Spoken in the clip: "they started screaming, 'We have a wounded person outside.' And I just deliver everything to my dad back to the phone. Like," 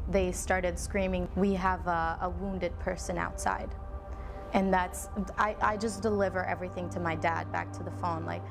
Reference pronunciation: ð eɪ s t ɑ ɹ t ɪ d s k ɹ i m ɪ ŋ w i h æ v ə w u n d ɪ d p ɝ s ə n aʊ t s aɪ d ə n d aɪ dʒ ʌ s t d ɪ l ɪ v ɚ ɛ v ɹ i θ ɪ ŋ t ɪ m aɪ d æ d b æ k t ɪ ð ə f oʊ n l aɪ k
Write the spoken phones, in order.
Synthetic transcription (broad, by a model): ð eɪ s t ɑ ɹ t ɪ d s k ɹ i m ɪ ŋ w i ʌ v ə w u n d ɪ d p ɝ s ə n aʊ t s aɪ d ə n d aɪ dʒ ʌ s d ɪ l ɪ v ɚ ɛ v ɹ i θ ɪ ŋ t ɪ m aɪ d æ d b æ k t ɪ ð ə f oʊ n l aɪ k